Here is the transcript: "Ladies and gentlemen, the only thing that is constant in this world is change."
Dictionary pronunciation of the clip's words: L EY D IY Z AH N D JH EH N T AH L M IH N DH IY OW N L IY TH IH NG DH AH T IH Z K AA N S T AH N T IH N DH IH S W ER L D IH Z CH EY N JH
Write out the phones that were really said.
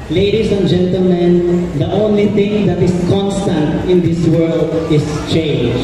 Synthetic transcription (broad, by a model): L EY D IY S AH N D JH EH N T AH L M IH N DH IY OW N L IY TH IH NG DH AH T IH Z K AA N S T AH N T IH N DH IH S W ER L D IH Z CH EY N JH